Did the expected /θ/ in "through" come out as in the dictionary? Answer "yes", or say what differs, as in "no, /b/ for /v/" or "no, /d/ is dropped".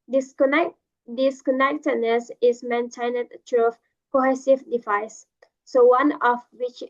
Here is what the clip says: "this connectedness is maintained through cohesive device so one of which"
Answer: no, /t/ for /θ/